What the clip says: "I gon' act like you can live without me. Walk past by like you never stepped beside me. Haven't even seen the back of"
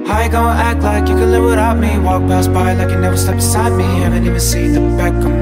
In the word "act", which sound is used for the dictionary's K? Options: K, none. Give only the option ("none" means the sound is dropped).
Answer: K